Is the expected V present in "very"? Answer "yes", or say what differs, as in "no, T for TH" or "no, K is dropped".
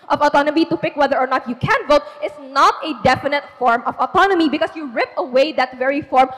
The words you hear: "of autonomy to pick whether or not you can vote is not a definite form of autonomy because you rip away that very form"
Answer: yes